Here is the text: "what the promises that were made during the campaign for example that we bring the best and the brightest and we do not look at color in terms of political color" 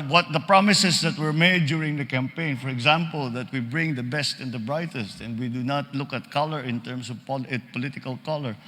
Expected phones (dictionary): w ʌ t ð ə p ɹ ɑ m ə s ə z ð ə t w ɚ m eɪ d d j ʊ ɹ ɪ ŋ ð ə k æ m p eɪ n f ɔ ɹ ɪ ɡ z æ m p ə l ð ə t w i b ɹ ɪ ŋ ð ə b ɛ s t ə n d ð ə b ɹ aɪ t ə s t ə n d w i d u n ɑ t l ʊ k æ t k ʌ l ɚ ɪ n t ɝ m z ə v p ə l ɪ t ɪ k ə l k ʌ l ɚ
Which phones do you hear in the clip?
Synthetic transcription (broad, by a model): w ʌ t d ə p ɹ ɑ m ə s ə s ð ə t w ɚ m eɪ d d j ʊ ɹ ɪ ŋ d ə k æ m p eɪ n f ɔ ɹ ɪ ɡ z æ m p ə l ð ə t w i b ɹ ɪ ŋ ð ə b ɛ s t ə n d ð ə b ɹ aɪ t ə s t ə n d w i d u n ɑ t l ʊ k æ t k ʌ l ɚ ɪ n t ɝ m s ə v p ə l ɪ t ɪ k ə l k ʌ l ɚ